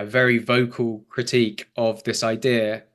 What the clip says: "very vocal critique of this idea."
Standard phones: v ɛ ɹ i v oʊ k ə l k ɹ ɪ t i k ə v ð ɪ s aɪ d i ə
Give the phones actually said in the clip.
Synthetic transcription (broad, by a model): v ɛ ɹ i v oʊ k ə l k ɹ ɪ t i k ə v ð ɪ s aɪ d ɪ ə